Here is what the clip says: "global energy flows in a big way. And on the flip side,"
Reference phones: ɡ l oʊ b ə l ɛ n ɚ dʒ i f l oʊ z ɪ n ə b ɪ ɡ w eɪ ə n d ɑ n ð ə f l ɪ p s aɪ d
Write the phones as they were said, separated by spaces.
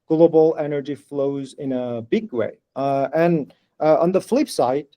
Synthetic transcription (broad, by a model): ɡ l oʊ b l ɛ n ɚ dʒ i f l oʊ z ɪ n ə b ɪ ɡ w eɪ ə n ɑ n ð ə f l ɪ p s aɪ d